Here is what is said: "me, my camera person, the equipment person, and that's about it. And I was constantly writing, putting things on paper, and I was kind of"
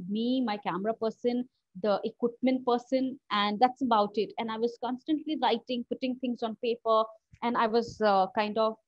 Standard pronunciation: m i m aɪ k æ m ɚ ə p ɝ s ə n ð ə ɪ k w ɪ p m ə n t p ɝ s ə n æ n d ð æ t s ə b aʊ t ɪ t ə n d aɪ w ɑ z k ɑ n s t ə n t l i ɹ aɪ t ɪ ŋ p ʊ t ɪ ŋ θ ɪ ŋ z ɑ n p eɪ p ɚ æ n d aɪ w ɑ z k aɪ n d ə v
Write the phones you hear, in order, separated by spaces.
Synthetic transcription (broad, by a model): m i m aɪ k æ m ɚ ə p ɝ s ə n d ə ɪ k w ɪ p m ə n t p ɝ s ə n æ n d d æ t s ə b aʊ t ɪ t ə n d aɪ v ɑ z k ɑ n s t ə n t l i ɹ aɪ t ɪ ŋ p ʊ t ɪ ŋ t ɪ ŋ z ɑ n p eɪ p ɚ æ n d aɪ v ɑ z k aɪ n d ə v